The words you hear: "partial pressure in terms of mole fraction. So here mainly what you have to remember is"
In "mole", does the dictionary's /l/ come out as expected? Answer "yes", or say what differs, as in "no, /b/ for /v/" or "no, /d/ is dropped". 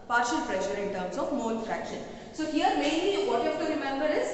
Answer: no, /n/ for /l/